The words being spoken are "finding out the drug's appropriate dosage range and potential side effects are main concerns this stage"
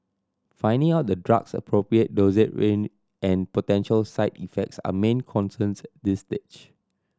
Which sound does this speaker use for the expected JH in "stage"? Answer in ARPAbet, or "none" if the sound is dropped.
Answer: CH